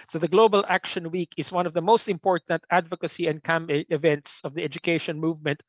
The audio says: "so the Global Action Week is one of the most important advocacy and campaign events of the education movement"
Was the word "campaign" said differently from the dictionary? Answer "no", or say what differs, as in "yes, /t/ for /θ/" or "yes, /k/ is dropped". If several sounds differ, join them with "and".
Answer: yes, /p/ is dropped and /n/ is dropped